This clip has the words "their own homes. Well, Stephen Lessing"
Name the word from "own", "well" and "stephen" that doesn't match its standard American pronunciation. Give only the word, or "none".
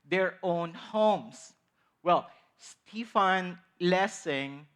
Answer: stephen